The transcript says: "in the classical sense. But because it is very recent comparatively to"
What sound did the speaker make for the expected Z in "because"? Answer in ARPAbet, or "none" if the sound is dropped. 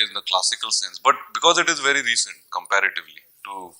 Z